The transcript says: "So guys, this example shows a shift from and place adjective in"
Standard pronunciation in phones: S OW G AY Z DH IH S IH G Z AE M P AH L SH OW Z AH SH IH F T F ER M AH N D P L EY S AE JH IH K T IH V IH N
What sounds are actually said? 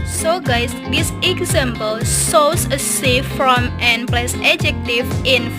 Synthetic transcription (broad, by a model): S OW G AY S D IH S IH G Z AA M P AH L S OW S AH S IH F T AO M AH N P L EY S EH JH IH K T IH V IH N